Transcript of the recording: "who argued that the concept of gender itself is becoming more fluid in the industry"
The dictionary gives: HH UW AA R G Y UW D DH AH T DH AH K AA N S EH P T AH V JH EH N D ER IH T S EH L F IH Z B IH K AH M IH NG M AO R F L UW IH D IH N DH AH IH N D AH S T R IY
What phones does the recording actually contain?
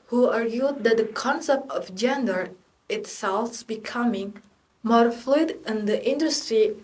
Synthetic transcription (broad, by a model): HH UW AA R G Y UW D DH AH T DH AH K AA N S EH P T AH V JH EH N D ER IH T S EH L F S B IH K AH M IH NG M AO R F L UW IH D IH N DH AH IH N D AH S T R IY